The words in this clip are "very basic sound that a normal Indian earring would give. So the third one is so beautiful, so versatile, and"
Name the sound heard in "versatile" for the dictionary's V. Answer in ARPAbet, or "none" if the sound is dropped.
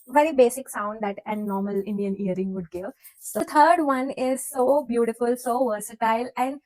V